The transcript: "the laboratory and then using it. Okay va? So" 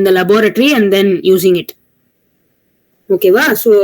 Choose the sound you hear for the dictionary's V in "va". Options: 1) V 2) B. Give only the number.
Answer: 1